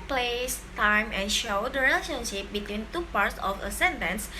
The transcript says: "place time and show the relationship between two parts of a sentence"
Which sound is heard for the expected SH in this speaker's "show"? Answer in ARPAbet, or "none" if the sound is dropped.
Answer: SH